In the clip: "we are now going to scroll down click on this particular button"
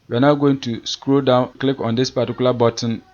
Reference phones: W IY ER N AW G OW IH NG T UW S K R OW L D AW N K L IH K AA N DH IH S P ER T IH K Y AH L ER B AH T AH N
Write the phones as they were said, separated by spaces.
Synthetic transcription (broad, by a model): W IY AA N AW G OW IH NG T UW S K R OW D AW N K L IH K AA N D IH S P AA T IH K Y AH L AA B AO T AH N